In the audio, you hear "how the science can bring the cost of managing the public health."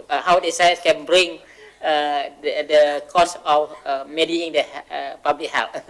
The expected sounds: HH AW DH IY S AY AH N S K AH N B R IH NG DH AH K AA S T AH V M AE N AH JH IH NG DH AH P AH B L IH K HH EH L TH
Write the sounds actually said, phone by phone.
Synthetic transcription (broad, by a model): HH AW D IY S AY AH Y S K AH N B R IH NG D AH K AA S AH F M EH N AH IH NG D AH P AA B L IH K HH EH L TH